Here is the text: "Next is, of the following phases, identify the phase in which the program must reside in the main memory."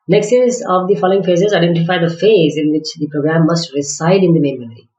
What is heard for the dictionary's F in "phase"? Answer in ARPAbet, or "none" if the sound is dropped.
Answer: F